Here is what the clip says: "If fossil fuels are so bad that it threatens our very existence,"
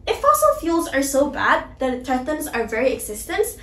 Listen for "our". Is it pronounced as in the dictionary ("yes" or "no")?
yes